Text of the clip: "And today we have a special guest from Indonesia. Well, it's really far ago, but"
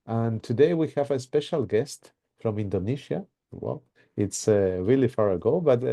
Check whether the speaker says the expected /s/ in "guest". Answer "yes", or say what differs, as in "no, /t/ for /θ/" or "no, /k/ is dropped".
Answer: yes